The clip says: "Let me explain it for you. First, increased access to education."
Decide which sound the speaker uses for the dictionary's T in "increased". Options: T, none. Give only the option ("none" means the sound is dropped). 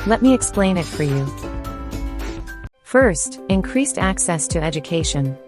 T